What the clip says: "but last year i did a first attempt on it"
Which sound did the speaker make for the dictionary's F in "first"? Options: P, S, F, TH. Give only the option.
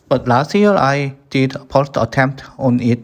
P